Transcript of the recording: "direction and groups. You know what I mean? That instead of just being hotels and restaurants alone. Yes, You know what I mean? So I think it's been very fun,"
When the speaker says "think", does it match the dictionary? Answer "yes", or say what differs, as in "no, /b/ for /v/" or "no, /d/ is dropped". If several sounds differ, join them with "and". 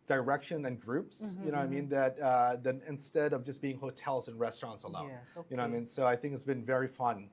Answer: yes